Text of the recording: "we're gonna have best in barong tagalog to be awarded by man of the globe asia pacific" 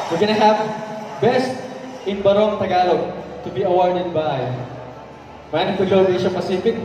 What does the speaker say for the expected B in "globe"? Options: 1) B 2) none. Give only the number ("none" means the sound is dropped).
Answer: 2